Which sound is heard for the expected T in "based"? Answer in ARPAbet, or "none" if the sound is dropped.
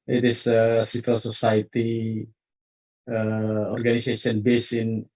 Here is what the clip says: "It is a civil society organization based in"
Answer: none